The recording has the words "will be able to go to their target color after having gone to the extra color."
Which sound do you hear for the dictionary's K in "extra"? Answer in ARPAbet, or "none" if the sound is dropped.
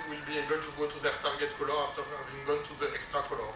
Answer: K